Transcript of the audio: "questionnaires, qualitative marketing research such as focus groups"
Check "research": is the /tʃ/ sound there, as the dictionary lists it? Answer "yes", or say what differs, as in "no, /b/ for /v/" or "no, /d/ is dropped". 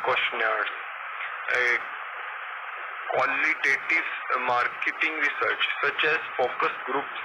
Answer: yes